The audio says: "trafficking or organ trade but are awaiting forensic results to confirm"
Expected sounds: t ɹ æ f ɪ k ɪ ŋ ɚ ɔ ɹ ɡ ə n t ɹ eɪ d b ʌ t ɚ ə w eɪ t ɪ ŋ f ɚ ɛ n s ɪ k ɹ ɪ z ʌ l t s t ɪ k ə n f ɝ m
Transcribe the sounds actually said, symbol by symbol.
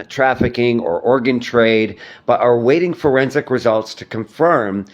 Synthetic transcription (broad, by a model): t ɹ æ f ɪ k ɪ ŋ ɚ ɔ ɹ ɡ ə n t ɹ eɪ d b ʌ t ɚ w eɪ t ɪ ŋ f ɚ ɛ n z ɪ k ɹ ɪ z ʌ l t s t ɪ k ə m f ɝ m